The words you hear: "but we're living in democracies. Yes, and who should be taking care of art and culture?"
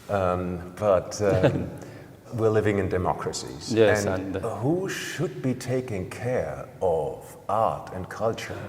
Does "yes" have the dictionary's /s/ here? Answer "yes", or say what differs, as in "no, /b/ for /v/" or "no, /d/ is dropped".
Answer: no, /s/ is dropped